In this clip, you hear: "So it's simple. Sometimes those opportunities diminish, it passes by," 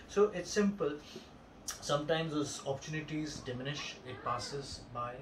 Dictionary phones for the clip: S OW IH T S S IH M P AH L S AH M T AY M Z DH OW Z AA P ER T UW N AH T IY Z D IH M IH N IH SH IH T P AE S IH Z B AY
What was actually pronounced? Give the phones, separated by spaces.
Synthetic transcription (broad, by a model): S OW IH T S S IH M P AH L S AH M T AY M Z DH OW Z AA P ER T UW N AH T IY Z D IH M IH N IH SH IH T P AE S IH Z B AY